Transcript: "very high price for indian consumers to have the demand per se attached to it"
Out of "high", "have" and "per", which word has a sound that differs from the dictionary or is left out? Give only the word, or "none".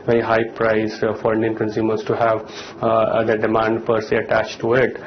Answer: none